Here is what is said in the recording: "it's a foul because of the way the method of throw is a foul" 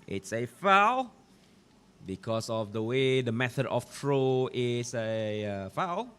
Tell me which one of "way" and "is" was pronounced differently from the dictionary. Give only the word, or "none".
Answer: is